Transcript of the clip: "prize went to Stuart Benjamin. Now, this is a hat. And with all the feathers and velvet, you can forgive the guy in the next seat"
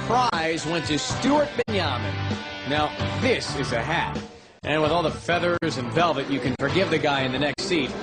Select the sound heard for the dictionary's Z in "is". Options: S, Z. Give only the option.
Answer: Z